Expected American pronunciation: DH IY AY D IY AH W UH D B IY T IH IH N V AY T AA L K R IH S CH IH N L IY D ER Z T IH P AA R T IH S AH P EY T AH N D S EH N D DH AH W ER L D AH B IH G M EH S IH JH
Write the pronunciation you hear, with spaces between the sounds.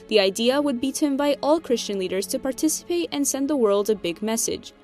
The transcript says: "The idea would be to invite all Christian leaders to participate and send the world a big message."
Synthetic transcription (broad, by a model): DH IY AY D IY AH W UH D B IY T IH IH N V AY T AA L K R IH S CH IH N L IY D ER Z T IH P AA R T IH S AH P EY T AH N S EH N DH AH W ER L D AH B IH G M EH S IH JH